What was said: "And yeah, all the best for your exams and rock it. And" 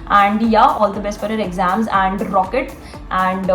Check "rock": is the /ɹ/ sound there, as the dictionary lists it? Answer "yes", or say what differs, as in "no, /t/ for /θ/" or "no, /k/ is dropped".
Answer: yes